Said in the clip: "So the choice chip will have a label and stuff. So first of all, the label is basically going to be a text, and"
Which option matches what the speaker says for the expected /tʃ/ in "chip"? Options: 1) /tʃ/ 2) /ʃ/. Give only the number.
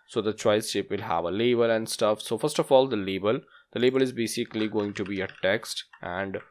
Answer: 2